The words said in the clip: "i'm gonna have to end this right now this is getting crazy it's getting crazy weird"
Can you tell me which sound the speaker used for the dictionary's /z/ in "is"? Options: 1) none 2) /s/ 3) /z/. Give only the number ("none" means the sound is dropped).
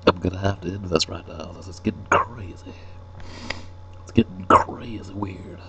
2